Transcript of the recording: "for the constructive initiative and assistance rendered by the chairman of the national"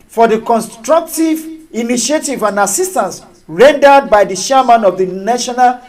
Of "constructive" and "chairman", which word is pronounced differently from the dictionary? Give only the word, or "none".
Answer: chairman